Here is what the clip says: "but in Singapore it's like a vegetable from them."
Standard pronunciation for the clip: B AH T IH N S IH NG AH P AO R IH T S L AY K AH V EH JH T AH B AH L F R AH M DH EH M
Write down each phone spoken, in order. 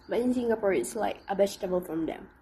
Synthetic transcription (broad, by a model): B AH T IH N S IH NG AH P AO R IH T S L AY K AH B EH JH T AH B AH L F R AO M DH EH M